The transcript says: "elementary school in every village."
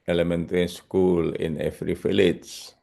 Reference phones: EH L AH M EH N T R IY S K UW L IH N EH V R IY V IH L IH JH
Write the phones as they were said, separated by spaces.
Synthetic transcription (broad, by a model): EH L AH M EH N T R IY S K UW L IH N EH F R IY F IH L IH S